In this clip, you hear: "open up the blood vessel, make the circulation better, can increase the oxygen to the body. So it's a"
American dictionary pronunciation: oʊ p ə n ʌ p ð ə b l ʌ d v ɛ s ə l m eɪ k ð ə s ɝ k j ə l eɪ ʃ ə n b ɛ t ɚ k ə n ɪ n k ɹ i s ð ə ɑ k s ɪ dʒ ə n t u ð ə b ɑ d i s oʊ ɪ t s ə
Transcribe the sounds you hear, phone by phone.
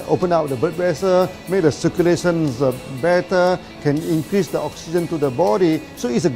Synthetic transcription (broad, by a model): oʊ p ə n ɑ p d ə b ʌ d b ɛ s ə m eɪ k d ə s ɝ k j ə l eɪ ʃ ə n b ɛ t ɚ k ə n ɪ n k ɹ i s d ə ɑ k s ɪ dʒ ə n t u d ə b ɑ d i s oʊ ɪ t s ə